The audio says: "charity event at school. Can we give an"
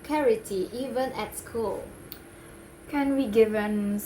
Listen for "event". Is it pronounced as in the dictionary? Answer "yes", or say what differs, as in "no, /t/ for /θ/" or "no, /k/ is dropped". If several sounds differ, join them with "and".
no, /t/ is dropped